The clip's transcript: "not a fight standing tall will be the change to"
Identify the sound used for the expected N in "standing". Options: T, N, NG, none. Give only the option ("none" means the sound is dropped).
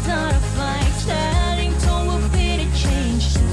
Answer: none